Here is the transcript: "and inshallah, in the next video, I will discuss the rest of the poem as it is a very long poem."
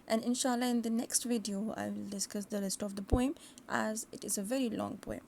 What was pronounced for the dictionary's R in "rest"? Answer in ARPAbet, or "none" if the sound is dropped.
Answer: L